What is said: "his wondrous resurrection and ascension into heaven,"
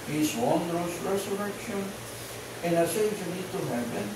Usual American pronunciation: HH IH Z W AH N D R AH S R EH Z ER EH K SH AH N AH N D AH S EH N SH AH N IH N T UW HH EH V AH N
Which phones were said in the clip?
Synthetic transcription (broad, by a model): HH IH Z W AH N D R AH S R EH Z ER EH K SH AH N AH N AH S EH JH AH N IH T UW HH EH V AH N